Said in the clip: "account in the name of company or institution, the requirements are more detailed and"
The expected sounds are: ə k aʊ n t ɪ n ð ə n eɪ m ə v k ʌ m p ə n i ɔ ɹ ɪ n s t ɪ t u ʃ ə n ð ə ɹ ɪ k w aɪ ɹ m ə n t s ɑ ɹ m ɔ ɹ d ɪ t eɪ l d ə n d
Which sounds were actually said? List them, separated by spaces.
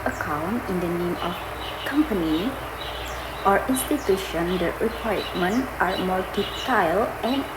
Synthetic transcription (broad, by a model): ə k aʊ n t ɪ n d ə n eɪ m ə f k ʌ m p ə n i ɔ ɹ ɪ n s t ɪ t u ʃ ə n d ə ɹ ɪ k w aɪ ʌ m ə n t ɑ ɹ m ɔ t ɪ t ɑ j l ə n